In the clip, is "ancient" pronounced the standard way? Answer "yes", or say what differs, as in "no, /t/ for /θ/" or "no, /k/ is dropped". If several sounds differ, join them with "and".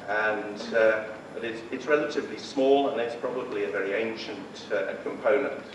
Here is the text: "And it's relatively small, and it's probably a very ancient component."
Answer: yes